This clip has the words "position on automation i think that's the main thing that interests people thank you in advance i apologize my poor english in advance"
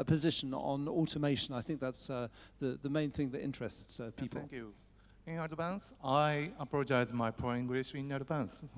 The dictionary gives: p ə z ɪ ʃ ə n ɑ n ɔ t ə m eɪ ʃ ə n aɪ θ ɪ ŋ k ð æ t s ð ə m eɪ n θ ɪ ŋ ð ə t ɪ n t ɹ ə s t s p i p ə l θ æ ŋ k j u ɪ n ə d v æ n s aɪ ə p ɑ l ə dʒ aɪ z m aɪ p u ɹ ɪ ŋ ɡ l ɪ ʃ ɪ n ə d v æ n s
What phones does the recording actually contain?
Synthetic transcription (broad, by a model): p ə z ɪ ʃ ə n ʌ n ɔ t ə m eɪ ʃ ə n aɪ θ ɪ ŋ k ð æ t s ð ə m eɪ n θ ɪ ŋ ð ə t ɪ n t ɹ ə s t s p i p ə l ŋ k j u ɪ n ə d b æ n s aɪ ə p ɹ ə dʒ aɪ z m aɪ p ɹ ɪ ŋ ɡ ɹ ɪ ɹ ɪ n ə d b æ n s